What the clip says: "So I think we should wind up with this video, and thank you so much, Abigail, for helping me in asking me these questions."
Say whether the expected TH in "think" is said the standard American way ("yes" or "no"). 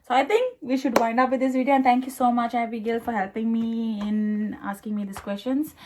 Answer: no